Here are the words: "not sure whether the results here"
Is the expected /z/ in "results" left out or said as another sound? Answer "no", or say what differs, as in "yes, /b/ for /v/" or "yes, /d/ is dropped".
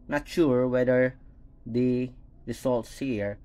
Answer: yes, /s/ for /z/